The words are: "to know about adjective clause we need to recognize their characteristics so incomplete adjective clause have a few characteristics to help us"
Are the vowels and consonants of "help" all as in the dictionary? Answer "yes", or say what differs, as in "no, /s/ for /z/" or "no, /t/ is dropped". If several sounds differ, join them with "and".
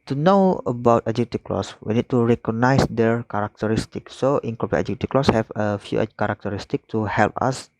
yes